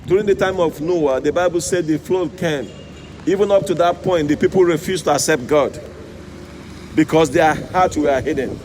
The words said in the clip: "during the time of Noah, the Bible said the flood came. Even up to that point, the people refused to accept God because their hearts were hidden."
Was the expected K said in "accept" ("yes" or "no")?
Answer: yes